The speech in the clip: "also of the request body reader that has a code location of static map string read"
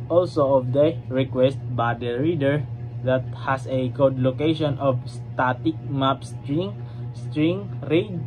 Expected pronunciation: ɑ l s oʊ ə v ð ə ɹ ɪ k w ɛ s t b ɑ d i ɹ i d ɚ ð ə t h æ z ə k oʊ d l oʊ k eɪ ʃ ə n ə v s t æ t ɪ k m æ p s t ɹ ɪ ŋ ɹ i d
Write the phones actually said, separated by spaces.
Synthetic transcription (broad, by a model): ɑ l s oʊ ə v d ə ɹ ɪ k w ɛ s t b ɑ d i ɹ i d ɚ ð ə t h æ s ə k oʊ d l oʊ k eɪ ʃ ə n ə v s t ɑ t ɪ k m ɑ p s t ɹ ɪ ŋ ɹ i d